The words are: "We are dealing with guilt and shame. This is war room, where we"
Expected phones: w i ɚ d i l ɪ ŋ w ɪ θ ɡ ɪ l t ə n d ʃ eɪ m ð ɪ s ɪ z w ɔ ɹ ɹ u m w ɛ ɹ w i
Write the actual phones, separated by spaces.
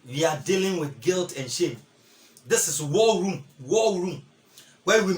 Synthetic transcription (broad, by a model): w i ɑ d i l ɪ ŋ w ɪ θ ɡ ɪ l t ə n ʃ eɪ m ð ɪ s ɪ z w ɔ l ɹ u m w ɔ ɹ w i